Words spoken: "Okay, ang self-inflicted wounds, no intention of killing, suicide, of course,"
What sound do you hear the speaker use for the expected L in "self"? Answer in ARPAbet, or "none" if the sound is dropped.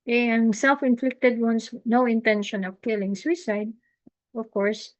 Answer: L